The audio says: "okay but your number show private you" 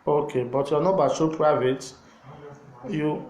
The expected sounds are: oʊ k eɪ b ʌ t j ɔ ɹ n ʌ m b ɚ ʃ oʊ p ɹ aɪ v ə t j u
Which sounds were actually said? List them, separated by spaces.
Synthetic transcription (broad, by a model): oʊ k eɪ b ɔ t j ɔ n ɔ b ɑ s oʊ p ɹ aɪ v ə t j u